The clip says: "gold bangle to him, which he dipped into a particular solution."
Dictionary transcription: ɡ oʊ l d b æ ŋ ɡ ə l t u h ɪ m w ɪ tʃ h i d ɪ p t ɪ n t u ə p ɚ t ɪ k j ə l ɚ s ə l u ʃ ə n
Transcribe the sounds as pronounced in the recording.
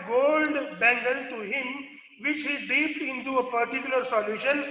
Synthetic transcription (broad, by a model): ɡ oʊ l d b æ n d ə n t u h ɪ m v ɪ tʃ h i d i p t ɪ n t u ə p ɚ t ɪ k j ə l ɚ s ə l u ʃ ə n